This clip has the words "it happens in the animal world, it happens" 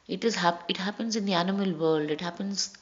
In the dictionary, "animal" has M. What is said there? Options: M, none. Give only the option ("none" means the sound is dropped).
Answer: M